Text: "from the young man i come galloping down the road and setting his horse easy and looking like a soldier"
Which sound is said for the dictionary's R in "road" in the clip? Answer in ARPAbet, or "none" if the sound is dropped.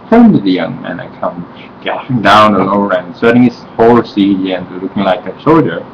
L